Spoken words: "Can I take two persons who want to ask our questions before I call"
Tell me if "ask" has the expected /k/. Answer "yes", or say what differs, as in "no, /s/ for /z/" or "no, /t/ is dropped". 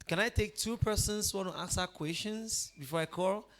no, /k/ is dropped